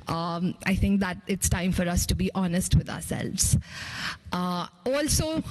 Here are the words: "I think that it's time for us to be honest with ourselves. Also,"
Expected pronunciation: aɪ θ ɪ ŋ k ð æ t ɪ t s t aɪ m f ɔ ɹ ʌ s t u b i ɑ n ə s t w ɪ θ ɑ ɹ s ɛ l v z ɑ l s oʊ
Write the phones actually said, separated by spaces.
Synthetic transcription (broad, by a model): aɪ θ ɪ ŋ k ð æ t ɪ t s t aɪ m f ɔ ɹ ʌ s t u b i ɑ n ə s t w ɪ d ɑ ɹ s ɛ l v z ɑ l s oʊ